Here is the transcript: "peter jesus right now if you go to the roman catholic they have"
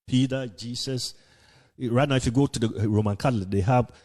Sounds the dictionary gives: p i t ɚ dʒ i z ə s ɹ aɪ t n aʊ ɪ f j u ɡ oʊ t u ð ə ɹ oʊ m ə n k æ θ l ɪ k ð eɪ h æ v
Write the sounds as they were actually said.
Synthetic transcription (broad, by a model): p i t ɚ dʒ i s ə s ɹ aɪ t n aʊ ɪ f j u ɡ oʊ t u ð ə ɹ oʊ m ə n k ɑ t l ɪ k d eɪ h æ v